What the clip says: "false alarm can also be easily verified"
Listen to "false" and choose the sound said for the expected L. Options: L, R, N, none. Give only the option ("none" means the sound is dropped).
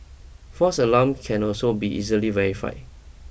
none